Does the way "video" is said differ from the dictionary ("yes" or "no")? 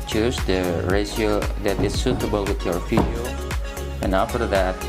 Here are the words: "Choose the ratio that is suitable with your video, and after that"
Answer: yes